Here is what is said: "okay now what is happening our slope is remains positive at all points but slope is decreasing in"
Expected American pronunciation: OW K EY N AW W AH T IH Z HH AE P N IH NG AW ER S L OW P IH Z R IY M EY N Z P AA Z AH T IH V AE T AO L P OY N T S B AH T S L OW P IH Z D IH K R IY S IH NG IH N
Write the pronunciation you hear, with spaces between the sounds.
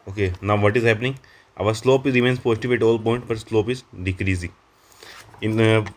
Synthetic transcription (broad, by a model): OW K EY N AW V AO T IH Z HH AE P N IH NG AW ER S L OW P IH Z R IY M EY N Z P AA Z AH T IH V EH T AO L P OY N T B AH T S L OW P IH Z D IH K R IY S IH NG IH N